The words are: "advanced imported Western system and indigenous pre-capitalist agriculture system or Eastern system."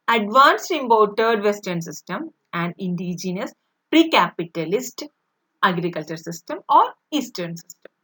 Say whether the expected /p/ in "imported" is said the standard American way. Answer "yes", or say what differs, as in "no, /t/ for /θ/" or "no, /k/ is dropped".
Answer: no, /b/ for /p/